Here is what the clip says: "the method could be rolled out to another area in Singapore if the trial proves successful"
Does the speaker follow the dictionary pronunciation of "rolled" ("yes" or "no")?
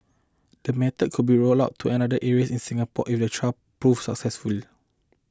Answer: no